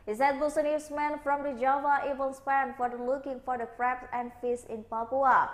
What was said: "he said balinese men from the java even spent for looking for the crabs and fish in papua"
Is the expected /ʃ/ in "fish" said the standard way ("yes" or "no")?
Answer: no